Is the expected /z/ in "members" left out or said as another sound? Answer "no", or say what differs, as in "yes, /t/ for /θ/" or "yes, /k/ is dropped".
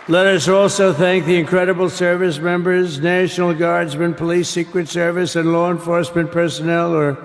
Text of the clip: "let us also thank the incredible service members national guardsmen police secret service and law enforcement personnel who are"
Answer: no